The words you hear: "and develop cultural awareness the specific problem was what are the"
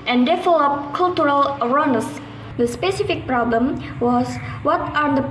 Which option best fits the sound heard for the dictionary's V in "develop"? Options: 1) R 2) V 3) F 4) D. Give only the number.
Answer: 3